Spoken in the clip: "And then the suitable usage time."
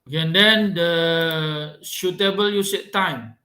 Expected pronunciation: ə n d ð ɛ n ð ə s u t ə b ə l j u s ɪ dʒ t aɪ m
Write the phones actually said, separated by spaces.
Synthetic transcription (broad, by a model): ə n d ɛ n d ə ʃ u t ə b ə l j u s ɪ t t aɪ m